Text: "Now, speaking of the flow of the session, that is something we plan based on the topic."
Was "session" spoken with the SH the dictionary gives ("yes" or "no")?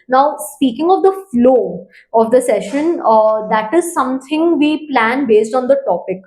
yes